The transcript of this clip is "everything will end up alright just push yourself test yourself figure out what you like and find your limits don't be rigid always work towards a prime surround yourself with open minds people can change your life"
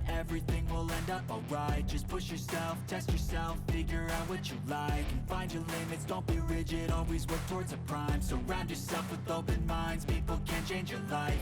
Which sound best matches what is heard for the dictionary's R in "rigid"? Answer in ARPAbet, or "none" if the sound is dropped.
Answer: R